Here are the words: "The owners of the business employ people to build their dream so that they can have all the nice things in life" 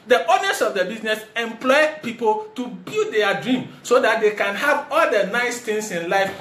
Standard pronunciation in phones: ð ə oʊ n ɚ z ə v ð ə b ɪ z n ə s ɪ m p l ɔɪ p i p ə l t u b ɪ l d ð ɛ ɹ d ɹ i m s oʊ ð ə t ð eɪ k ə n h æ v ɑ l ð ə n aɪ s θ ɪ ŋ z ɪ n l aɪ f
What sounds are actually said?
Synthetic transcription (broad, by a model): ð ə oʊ n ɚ s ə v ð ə b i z n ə s ɪ m p l ɔɪ p i p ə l t u b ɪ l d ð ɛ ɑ d ɹ i m s oʊ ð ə t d eɪ k ə n h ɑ v ɑ l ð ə n aɪ s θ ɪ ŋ s ɪ n l aɪ f